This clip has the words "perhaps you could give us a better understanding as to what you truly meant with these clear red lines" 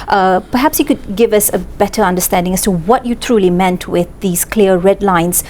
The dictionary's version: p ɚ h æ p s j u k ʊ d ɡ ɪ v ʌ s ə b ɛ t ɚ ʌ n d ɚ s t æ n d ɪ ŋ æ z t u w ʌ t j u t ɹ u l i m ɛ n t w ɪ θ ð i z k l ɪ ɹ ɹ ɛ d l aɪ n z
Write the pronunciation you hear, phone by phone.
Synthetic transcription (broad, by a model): p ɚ h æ p s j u k ʊ d ɡ ɪ v ʌ s ə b ɛ t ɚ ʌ n d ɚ s t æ n d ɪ ŋ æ s t u w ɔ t j u t ɹ u l i m ɛ n t w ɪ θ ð i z k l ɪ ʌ ɹ ɛ d l aɪ n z